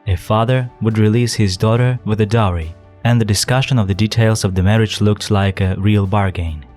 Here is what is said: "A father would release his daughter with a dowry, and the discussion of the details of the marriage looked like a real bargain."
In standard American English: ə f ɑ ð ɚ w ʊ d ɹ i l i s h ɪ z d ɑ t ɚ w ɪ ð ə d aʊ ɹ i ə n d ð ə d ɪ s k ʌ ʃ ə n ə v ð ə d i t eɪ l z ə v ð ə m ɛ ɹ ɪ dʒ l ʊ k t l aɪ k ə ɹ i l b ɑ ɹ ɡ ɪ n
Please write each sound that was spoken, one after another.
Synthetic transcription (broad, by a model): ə f ɑ ð ɚ w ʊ d ɹ i l i s h ɪ z d ɑ t ɚ w ɪ ð ə d aʊ ɹ i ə n ð ə d ɪ s k ʌ ʃ ə n ə v ð ə d i t eɪ l z ə v ð ə m ɛ ɹ ɪ dʒ l ʊ k t l aɪ k ə ɹ i l b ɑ ɹ ɡ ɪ n